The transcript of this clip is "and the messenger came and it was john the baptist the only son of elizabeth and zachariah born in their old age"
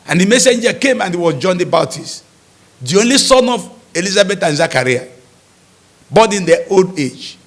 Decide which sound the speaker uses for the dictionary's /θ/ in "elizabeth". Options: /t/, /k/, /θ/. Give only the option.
/t/